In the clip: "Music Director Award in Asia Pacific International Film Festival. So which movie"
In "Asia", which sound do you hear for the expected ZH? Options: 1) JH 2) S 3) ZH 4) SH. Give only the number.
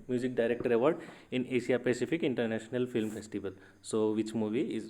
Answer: 2